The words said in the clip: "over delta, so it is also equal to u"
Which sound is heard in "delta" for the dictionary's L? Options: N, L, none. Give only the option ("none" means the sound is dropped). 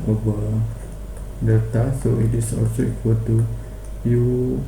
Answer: none